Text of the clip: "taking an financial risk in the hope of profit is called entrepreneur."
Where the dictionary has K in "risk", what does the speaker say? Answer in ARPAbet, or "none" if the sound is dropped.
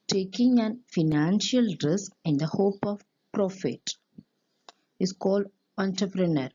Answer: K